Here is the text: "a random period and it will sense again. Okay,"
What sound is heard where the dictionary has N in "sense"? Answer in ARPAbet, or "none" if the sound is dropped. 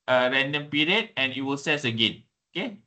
none